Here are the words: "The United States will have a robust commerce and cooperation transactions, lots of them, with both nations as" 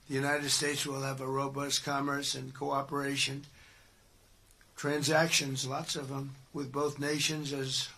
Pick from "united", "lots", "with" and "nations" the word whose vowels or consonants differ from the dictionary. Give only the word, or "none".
none